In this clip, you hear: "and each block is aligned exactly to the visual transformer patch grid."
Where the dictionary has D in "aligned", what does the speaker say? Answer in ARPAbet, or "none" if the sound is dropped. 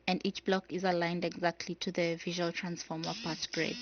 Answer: D